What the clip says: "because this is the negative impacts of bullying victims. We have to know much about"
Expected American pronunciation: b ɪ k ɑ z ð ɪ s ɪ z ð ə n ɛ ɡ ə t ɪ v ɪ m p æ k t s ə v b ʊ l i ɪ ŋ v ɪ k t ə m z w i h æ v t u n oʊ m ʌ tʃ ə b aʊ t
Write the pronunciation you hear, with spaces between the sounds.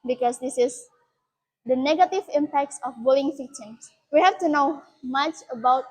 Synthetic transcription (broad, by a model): b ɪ k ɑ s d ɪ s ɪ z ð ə n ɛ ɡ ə t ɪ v ɪ m p æ k t s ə f b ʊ l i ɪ ŋ f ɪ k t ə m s w i h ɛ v t u n oʊ m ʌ tʃ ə b aʊ t